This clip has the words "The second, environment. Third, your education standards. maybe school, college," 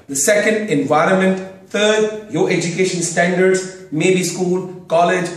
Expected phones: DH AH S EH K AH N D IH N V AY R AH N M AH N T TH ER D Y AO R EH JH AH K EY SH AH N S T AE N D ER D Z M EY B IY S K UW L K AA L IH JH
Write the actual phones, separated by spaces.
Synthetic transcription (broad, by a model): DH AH S EH K AH N D IH N V AY R AH N M AH N T T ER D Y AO EH JH AH K EY SH AH N S T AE N D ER D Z M EY B IY S K UW L K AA L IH JH